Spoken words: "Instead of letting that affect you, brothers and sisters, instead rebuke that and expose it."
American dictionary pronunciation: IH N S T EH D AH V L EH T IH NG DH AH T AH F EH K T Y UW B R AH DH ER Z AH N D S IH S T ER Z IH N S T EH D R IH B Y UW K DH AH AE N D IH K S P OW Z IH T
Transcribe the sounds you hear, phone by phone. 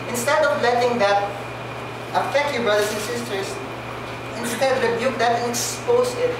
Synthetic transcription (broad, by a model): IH N S T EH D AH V L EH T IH NG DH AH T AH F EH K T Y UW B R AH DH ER S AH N S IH S T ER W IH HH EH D R IH B Y UW K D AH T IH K S P OW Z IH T